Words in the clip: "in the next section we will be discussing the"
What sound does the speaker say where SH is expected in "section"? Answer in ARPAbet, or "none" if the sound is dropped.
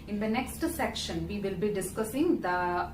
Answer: SH